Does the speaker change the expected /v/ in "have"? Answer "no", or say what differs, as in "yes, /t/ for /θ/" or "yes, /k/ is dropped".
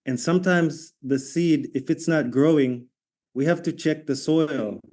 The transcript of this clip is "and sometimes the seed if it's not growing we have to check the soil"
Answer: yes, /f/ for /v/